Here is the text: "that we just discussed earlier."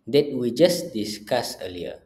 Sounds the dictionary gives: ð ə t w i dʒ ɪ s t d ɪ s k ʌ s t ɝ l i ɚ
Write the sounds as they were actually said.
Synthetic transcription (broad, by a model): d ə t w i dʒ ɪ s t d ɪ s k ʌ s ɝ l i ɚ